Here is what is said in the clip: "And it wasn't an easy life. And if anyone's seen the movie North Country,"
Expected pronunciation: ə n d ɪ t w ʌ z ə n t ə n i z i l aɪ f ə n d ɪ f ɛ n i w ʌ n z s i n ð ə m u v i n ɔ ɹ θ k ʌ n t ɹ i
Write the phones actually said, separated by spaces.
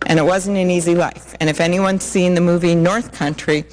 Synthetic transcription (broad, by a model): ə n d ɪ t w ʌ z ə n t ə n i z i l aɪ f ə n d ɪ f ɛ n i w ʌ n s i n ð ə m u v i n ɔ ɹ θ k ʌ n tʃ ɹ i